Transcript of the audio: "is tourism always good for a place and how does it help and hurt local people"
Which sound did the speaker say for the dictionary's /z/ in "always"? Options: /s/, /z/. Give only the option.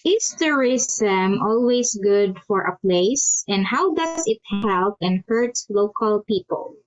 /s/